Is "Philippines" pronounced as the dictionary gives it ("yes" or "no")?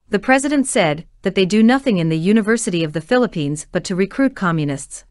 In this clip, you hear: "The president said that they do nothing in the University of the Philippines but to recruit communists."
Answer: yes